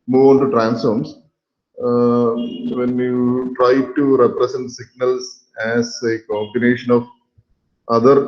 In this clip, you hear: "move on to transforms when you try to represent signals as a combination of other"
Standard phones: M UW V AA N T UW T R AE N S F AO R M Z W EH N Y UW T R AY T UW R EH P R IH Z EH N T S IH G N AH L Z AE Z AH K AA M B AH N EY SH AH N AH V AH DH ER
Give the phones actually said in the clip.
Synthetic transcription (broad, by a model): M UW V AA N T UW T R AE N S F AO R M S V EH N Y UW T R AY T UW R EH P R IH S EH N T S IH G N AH L S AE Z AH K AA M B AH N EY SH AH N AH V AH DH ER